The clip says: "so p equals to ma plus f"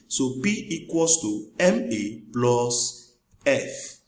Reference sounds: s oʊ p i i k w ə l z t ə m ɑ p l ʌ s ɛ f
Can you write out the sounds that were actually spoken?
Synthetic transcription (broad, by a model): s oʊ b i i k w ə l s t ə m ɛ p l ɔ s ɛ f